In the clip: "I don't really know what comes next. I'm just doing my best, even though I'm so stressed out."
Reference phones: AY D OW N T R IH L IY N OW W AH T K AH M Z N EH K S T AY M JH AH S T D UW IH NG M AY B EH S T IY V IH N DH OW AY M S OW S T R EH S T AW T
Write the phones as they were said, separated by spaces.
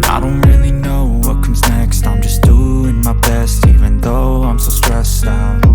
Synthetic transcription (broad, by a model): AY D OW N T R IH L IY N OW W AH T K AH M Z N EH K S T AY M JH AH S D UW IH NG M AY B EH S T IY V IH N DH OW AY M S OW S T R EH S T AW